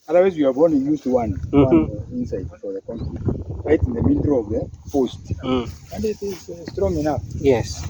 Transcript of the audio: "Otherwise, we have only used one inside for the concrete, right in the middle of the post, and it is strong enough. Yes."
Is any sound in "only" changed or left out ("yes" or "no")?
yes